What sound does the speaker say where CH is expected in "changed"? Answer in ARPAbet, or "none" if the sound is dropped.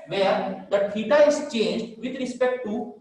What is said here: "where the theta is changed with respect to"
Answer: CH